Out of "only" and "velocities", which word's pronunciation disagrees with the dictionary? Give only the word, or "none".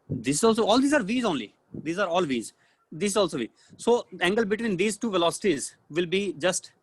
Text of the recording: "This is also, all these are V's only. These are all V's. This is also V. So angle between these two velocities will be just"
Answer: none